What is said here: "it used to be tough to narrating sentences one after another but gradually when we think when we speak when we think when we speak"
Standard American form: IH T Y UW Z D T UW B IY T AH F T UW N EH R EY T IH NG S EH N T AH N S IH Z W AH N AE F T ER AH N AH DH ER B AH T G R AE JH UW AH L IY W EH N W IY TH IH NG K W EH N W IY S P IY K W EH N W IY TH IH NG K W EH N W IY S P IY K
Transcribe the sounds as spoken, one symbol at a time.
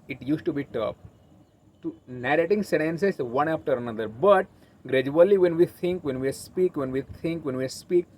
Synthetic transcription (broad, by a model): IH T Y UW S T UW B IY T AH P T UW N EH R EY T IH NG S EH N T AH N S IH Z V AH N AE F T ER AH N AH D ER B AH T G R AE JH UW AH L IY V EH N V IY T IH NG K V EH N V IY S P IY K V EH N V IY T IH NG K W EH N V IY S P IY K